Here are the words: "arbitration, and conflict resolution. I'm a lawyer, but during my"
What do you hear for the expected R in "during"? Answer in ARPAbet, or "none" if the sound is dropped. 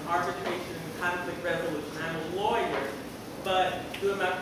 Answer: none